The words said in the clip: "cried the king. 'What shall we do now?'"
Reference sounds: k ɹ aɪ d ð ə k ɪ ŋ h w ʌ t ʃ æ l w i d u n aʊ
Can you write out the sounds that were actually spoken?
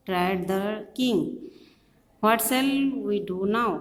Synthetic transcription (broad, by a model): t ɹ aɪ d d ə k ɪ ŋ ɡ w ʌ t s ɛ l w i d u n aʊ